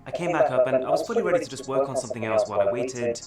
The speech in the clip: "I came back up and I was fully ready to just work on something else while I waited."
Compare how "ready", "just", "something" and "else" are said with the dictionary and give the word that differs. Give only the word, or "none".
none